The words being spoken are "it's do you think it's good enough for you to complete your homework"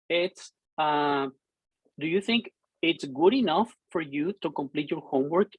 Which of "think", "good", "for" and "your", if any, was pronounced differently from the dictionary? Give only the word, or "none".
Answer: none